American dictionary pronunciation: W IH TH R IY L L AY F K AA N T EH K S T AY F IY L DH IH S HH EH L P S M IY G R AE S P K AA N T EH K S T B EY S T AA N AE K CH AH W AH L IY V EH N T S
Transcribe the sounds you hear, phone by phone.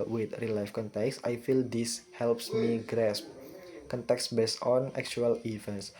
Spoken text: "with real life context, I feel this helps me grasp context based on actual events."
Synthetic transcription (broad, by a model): W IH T R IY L L AY F K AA N T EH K S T AY F IY L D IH S HH EH L P S M IY G R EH S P K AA N T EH K S B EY S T AA N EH K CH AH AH L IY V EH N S